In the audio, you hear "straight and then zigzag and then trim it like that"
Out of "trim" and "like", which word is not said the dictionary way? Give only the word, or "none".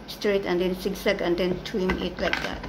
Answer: trim